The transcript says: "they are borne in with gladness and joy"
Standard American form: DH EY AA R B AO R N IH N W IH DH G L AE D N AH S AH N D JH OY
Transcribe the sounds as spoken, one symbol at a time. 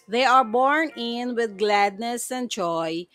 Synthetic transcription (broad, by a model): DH EY AA R B AO R N IH N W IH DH G L AE D N AH S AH N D JH OY